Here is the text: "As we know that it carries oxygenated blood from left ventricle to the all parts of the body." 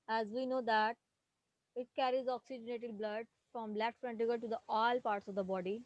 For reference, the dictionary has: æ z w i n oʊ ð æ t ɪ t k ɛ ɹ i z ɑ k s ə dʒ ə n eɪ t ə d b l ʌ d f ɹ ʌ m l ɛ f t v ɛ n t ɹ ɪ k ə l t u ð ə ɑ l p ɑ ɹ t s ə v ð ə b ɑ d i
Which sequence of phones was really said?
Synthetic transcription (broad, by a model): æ z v i n oʊ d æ t ɪ t k ɛ ɹ i z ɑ k s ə dʒ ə n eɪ t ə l b l ʌ d f ɹ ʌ m l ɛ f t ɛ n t ɪ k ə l t u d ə ɑ l p ɑ ɹ t s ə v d ə b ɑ d i